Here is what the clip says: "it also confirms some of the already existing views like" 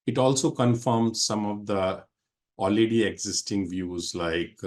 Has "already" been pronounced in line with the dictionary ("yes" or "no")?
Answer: no